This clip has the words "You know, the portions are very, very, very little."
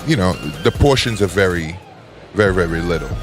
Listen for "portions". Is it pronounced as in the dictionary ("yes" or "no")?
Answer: yes